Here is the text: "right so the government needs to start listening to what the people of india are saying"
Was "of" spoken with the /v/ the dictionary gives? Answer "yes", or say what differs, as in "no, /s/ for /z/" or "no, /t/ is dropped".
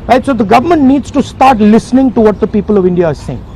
yes